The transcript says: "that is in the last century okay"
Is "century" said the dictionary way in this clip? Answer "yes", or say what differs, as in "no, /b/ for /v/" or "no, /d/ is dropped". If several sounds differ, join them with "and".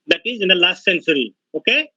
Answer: no, /s/ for /tʃ/